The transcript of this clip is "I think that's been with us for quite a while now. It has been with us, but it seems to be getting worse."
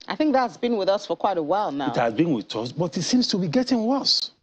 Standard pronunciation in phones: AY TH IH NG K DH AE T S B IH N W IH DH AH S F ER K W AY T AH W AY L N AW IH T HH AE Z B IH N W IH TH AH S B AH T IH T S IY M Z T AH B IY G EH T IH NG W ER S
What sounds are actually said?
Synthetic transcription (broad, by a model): AY TH IH NG K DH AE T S B IH N W IH DH AH S F ER K W AY T AH W AY L N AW IH T HH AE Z B IH N W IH AH S B AH T IH T S IY M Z T AH B IY G EH T IH NG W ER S